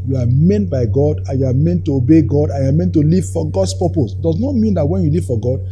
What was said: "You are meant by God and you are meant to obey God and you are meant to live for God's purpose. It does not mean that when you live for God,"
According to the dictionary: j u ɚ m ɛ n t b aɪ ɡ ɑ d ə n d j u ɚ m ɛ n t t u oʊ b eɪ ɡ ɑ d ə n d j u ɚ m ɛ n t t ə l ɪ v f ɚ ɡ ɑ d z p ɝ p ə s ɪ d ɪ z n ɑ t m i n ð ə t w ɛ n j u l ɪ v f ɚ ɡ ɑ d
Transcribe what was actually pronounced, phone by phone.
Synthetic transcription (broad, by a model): j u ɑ m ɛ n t b aɪ ɡ ɑ d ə n j u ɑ m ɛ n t t u oʊ b eɪ ɡ ɑ d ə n j u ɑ m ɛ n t t ə l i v f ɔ ɡ ɑ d s p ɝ p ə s d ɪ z n ɑ t m i n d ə t w ɛ n j u l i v f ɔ ɡ ɑ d